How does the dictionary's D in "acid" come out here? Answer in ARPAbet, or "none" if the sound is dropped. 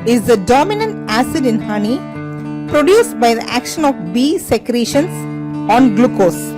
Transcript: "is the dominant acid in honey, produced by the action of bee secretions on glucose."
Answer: D